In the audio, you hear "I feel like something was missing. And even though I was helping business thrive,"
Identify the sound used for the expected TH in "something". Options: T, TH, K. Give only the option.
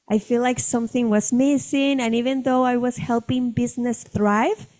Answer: TH